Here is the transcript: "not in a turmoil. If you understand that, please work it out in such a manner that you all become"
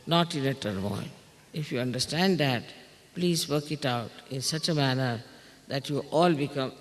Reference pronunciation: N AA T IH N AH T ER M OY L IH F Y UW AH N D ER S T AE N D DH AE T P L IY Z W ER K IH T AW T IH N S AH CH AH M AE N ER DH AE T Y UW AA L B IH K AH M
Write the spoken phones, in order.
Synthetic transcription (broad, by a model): N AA T IH N AH T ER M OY N IH F Y UW AH N D ER S T AE N D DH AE T P L IY Z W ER K IH T AW T IH N S AH CH AH M AE N ER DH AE T Y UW AA L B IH K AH M